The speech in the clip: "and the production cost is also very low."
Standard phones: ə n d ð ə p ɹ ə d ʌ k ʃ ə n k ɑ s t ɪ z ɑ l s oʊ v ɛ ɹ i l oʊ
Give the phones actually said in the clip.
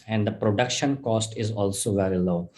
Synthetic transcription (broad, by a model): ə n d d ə p ɹ ə d ʌ k ʃ ə n k ɑ s t ɪ z ɑ l s oʊ v ɛ ɹ i l oʊ